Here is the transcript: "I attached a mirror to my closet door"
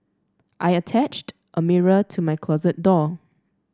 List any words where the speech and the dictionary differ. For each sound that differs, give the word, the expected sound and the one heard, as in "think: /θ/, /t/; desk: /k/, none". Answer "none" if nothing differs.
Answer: none